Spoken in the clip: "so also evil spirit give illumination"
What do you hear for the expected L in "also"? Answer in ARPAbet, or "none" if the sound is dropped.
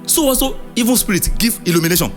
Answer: none